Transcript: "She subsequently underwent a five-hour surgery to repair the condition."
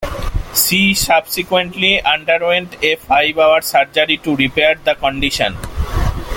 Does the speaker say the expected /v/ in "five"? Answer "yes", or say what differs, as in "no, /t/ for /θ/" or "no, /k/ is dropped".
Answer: no, /b/ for /v/